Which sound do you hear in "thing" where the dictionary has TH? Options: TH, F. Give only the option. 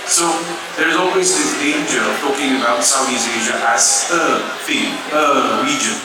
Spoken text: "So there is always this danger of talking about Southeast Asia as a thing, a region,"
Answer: F